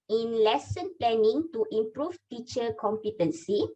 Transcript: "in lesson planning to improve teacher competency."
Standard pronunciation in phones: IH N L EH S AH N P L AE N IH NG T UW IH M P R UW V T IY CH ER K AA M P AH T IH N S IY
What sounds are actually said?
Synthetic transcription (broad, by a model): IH N L EH S AH N P L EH N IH NG T UW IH M P R UW F T IY CH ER K AA M P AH T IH N S IY